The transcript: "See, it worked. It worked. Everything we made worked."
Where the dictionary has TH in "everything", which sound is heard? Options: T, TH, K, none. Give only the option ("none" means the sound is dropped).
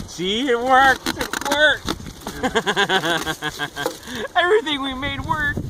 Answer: TH